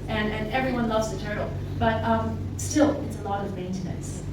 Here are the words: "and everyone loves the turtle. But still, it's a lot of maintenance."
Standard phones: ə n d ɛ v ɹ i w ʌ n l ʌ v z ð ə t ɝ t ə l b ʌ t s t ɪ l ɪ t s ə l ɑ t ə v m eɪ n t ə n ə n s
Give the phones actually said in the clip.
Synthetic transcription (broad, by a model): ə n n ɛ v ɹ i w ʌ n l ʌ v z ð ə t ɝ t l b ʌ t s t ɪ l ɪ t s ə l ɑ t ə v m eɪ n t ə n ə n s